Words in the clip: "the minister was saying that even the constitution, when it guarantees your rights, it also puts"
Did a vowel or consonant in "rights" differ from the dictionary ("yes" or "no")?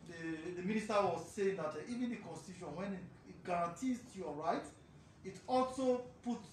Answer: yes